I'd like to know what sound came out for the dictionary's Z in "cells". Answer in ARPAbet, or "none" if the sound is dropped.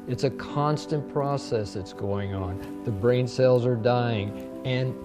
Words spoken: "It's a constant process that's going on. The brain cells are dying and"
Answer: Z